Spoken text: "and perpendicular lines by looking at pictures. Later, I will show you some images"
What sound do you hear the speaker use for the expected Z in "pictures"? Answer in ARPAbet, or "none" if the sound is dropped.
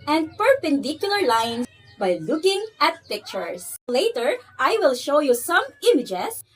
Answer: S